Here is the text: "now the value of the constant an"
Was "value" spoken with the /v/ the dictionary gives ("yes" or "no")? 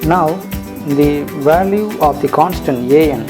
yes